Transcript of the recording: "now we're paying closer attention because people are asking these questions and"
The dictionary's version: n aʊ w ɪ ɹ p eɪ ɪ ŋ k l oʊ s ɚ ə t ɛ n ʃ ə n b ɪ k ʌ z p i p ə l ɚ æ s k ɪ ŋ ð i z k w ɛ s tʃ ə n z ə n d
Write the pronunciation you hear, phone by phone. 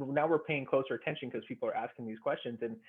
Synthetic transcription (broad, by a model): n aʊ w ɪ ɹ p eɪ ɪ ŋ k l oʊ s ɚ ə t ɛ n ʃ ə n k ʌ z p i p l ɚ æ s k ɪ ŋ ð i z k w ɛ s tʃ ə n z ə n